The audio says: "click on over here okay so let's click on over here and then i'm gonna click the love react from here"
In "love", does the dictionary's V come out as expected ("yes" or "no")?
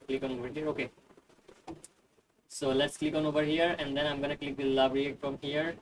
no